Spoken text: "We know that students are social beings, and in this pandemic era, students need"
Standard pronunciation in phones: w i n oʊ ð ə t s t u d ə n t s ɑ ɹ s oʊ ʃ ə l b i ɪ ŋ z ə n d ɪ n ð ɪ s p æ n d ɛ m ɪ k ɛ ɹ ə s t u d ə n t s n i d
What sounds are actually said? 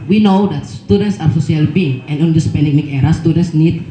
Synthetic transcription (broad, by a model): w i n oʊ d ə t s t u d ə n t s ɑ ɹ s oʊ s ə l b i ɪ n ə n d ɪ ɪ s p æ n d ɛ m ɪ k ɛ ɹ ə s t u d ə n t s n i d